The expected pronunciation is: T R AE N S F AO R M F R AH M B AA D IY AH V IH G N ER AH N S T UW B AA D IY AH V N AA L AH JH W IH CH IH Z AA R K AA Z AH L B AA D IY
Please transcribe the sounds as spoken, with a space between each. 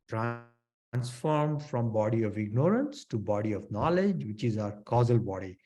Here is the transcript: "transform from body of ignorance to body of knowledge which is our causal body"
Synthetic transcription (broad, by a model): T R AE N S F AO R M F R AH M B AA D IY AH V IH G N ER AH N S T UW B AA D IY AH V N AA L AH JH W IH CH IH Z AA R K AA Z AH L B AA D IY